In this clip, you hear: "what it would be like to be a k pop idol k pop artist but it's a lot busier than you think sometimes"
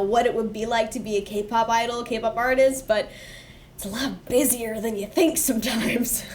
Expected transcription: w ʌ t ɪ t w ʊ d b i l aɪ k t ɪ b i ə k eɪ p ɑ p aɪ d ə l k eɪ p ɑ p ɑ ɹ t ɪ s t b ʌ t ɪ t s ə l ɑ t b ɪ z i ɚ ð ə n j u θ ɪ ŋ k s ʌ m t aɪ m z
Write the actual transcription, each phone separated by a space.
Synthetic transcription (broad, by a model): w ʌ t ɪ t w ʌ d b i l aɪ k t ɪ b i ə k eɪ p ɑ p aɪ d l k eɪ p ɑ p ɑ ɹ t ɪ s t b ʌ t ɪ t s ə l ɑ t b ɪ z i ɚ ð ə n j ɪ θ ɪ ŋ k s ʌ m t aɪ m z